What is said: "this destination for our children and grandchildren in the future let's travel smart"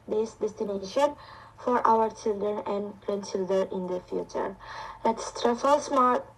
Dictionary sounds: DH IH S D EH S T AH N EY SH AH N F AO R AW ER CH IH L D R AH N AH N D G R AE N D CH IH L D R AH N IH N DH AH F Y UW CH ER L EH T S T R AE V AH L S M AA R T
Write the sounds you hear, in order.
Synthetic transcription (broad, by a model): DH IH S D EH S T AH N EY SH AH N F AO R AW ER CH IH L D R AH N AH N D G R AE N D CH IH L D R AH N IH N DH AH F Y UW CH ER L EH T S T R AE F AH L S M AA R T